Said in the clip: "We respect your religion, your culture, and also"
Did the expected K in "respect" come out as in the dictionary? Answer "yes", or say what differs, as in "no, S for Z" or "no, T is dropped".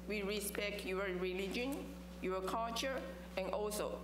yes